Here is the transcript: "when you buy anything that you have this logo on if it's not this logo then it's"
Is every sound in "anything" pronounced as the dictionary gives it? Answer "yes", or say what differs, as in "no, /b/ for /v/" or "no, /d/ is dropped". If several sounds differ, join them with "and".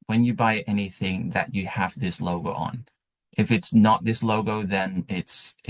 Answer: yes